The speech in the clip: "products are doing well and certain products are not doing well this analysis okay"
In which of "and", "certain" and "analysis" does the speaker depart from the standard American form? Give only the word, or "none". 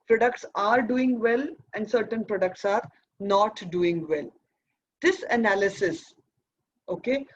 none